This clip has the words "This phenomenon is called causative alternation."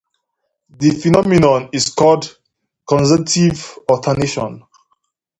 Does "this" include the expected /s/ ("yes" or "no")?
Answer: no